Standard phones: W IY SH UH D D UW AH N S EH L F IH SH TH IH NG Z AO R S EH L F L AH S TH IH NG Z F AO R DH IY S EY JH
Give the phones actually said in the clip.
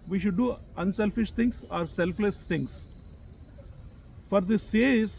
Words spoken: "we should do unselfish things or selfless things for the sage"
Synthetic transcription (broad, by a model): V IY SH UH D D UW AH N S EH L F IH SH T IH NG S AO R S EH L F L AH S T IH NG S F AO R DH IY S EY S